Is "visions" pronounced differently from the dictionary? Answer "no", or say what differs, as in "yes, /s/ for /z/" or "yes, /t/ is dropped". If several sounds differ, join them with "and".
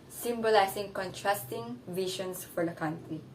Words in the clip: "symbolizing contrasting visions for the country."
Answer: yes, /ʃ/ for /ʒ/ and /s/ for /z/